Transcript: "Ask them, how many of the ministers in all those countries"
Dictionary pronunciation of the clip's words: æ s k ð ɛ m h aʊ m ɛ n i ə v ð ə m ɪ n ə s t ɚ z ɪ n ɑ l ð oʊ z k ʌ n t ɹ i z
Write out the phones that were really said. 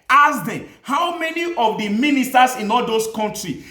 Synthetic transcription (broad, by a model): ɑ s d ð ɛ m h aʊ m ɛ n i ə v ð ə m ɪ n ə s t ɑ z ɪ n ɑ l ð oʊ s k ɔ n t ɹ i